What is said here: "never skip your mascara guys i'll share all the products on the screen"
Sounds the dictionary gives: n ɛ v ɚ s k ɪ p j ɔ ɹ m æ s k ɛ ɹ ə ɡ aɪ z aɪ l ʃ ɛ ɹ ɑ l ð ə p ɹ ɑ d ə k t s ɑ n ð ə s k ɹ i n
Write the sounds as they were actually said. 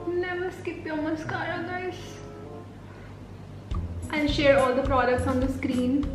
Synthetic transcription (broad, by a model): n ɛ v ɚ s k ɪ p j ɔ m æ s k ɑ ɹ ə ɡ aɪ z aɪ n ʃ ɛ ɹ ɑ l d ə p ɹ ɑ d ə k t s ɑ n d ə s k ɹ i n